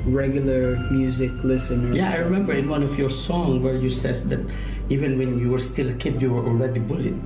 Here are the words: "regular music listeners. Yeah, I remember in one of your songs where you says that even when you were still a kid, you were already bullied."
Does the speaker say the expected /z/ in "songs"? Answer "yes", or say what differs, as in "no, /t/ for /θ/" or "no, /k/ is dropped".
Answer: no, /z/ is dropped